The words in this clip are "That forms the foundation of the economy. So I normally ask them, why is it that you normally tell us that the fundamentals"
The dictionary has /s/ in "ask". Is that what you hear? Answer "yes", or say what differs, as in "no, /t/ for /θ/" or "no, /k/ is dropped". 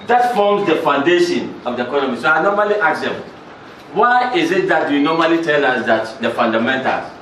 no, /s/ is dropped